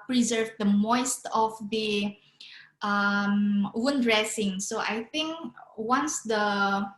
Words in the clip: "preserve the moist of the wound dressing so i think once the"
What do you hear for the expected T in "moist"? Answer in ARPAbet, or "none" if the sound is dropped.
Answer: T